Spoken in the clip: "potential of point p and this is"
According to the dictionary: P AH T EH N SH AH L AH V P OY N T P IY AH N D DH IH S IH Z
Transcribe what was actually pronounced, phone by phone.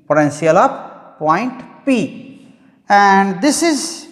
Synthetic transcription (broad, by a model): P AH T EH N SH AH L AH P P OY N T P IY AH N D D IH S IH Z